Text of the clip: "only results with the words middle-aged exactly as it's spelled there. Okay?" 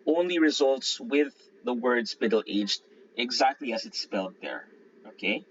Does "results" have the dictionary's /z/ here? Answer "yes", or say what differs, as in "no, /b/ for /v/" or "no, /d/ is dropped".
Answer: yes